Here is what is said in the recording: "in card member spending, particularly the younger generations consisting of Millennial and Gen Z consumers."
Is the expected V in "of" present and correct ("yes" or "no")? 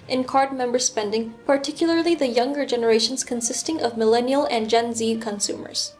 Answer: yes